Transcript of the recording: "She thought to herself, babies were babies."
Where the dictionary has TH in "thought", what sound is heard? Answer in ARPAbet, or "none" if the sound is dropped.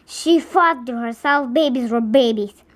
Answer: F